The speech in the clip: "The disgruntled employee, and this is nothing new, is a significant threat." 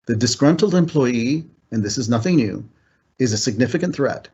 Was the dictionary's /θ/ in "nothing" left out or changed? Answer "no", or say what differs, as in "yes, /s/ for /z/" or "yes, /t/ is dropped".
no